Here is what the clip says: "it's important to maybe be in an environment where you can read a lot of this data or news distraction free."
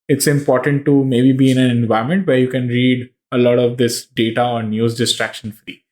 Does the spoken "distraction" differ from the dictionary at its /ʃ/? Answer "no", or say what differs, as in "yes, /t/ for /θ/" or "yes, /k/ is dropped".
no